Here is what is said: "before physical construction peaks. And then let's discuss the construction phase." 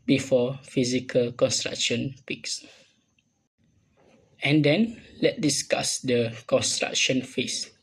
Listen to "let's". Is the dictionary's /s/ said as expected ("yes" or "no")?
no